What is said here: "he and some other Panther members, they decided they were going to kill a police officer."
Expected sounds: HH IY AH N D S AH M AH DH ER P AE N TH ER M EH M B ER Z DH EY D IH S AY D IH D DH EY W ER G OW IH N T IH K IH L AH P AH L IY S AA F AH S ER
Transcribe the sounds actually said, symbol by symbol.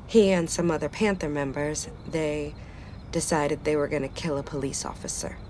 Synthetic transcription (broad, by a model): HH IY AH N S AH M AH DH ER P AE N TH ER M EH M B ER Z DH EY D IH S AY D IH D DH EY W ER G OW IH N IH K IH L AH P AH L IY S AA F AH S ER